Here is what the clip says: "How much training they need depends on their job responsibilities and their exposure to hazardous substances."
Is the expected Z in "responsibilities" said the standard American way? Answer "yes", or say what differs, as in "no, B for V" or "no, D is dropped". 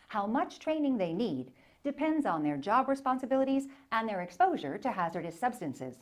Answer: yes